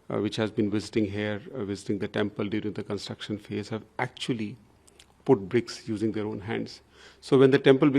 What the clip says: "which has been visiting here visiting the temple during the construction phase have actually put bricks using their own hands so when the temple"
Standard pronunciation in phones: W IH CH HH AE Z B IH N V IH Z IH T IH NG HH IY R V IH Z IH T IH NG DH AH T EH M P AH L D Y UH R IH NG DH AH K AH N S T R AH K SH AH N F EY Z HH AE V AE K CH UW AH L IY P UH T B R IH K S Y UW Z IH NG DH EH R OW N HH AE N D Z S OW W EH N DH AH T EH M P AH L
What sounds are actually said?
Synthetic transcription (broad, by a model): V IH CH HH AE Z B IH N V IH Z IH T IH NG HH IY R V IH Z IH T IH NG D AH T EH M P AH L D Y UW R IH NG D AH K AH N S T R AH K SH AH N F EY Z HH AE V AE K CH UW AH L IY P UH T B R IH K S Y UW Z IH NG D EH R OW N HH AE N D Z S OW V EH N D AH T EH M P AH L